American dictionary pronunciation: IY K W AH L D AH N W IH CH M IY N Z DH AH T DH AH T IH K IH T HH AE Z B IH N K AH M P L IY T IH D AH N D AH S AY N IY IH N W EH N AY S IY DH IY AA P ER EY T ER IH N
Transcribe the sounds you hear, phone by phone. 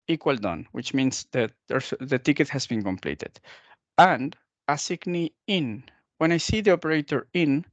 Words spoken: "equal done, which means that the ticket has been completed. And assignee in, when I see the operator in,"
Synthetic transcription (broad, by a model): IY K W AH L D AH N W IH CH M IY N S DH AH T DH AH T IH K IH T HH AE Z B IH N K AH M P L IY T IH D AH N D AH S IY N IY IH N W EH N AY S IY DH IY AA P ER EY T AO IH N